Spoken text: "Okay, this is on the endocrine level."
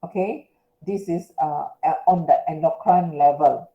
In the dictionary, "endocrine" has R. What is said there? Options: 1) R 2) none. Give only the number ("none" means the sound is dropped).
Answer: 2